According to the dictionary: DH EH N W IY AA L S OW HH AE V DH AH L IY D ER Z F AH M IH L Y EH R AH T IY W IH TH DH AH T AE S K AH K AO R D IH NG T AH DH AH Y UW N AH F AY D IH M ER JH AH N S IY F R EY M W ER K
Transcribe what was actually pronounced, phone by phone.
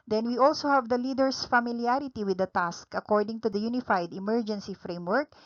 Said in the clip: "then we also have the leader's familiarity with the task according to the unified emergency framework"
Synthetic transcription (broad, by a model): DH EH N W IY AA L S OW HH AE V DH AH L IY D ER S F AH M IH L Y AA R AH T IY W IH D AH T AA S K AH K AO R D IH NG T AH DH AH Y UW N AH F AY D IH M ER JH AH N S IY F R EY M W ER K